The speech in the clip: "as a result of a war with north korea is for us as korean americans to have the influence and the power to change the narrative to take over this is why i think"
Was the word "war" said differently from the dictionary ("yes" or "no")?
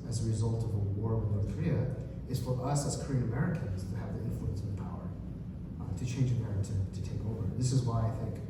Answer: no